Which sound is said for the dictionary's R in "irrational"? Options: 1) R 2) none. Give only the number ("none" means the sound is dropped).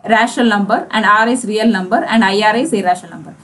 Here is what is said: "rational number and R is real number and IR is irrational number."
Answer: 1